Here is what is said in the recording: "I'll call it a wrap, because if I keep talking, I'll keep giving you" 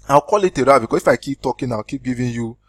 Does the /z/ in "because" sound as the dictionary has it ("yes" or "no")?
no